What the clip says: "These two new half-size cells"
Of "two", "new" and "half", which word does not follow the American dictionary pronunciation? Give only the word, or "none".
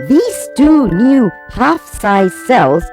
none